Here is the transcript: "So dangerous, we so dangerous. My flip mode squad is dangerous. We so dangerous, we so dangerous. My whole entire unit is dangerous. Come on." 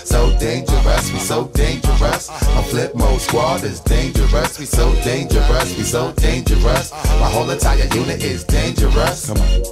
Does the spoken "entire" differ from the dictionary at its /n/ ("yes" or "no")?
yes